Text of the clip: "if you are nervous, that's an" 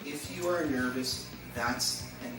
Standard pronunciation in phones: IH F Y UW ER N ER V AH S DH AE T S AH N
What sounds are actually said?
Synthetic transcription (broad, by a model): IH F Y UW ER N ER V AH S DH AE T S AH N